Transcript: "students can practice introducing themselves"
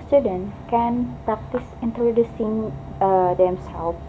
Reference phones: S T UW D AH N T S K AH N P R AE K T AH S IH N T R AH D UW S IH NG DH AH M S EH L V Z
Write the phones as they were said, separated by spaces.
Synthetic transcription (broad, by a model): S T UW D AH N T K AH N P R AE K T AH S IH N T R AH D UW S IH NG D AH M S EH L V